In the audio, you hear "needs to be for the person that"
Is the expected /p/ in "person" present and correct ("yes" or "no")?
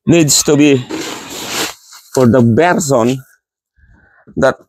no